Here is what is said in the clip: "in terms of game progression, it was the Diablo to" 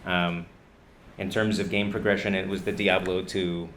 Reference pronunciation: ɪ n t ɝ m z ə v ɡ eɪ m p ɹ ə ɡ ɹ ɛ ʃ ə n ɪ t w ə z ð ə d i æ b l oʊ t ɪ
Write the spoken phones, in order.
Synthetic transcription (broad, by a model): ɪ n t ɝ m z ə v ɡ eɪ m p ɹ ə ɡ ɹ ɛ ʃ ə n ɪ t w ə z ð ə d i æ b l oʊ t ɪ